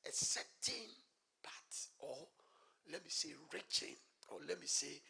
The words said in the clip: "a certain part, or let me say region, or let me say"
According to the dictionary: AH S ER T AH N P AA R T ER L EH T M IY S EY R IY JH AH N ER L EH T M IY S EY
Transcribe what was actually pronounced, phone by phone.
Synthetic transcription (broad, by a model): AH S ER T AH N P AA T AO L EH T M IY S EY R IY CH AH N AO L EH T M IY S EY